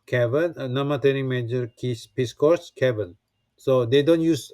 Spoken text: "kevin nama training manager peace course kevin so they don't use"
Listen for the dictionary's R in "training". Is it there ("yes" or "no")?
no